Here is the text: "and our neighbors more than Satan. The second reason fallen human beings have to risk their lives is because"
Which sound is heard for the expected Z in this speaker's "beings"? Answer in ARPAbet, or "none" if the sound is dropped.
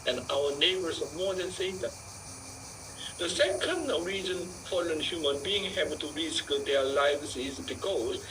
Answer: none